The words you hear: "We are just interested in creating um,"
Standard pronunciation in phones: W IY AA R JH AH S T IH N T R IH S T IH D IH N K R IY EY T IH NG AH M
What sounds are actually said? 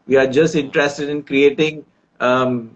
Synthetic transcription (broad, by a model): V IY AA R JH AH S T IH N T R IH S T IH D IH N K R IY EY T IH NG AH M